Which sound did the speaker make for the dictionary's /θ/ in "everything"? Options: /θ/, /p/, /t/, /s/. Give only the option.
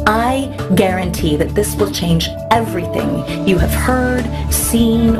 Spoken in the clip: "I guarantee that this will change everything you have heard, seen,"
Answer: /θ/